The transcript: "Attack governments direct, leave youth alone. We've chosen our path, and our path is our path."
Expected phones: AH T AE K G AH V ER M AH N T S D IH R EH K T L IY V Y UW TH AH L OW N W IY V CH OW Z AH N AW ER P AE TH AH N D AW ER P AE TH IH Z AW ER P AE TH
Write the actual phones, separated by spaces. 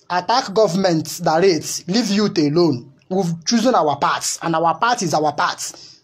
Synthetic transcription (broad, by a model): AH T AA K G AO V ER M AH N T D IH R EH T L IY V Y UW T AH L OW N W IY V CH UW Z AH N AW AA P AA T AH N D AW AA P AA T IH Z AW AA P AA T